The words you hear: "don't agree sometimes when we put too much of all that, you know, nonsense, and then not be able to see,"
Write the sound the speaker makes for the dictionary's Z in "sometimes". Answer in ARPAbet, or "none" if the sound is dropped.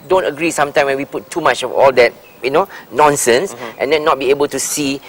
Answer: none